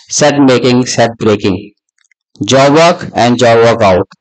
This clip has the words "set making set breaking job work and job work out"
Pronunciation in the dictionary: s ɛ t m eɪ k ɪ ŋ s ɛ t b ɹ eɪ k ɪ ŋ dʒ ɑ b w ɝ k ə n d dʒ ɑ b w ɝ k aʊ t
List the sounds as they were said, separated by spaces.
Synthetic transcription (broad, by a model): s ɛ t m eɪ k ɪ ŋ s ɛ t b ɹ eɪ k ɪ ŋ dʒ ɑ b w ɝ k ə n d dʒ ɑ b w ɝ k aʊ t